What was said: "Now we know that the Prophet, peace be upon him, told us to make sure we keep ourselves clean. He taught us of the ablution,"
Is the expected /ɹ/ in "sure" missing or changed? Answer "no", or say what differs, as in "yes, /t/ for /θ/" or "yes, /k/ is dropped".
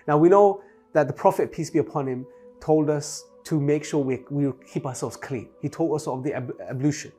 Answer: yes, /w/ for /ɹ/